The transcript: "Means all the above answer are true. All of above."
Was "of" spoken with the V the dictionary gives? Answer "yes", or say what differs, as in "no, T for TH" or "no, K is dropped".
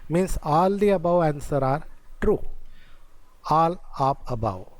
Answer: no, P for V